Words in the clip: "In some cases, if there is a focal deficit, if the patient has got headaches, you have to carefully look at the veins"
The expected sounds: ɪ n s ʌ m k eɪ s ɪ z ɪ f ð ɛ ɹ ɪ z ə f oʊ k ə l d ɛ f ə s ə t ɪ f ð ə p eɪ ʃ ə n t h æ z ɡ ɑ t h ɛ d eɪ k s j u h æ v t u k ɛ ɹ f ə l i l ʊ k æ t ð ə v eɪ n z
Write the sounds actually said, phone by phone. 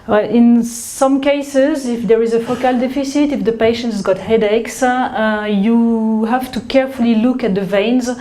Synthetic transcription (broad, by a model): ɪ n s ʌ m k eɪ s ɪ z ɪ f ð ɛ ɹ ɪ z ə f oʊ k ə l d ɛ f ə s ə t ɪ f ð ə p eɪ ʃ ə n t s ɡ ɑ t h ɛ d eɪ k s j u h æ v t u k ɛ ɹ f ə l i l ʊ k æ t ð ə v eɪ n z